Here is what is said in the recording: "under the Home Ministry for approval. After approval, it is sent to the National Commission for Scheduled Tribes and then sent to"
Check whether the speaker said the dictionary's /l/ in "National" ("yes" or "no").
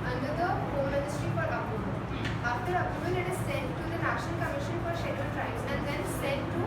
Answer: no